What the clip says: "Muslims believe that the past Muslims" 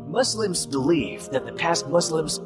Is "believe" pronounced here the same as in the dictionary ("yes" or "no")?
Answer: no